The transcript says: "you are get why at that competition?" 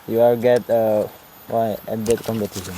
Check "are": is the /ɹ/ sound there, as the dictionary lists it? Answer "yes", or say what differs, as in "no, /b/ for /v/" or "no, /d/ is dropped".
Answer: no, /l/ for /ɹ/